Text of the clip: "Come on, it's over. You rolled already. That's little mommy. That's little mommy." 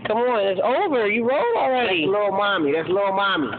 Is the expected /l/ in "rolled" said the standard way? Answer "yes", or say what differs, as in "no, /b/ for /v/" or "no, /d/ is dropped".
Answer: no, /l/ is dropped